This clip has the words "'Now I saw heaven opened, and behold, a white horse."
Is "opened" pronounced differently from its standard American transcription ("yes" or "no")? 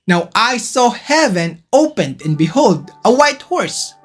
no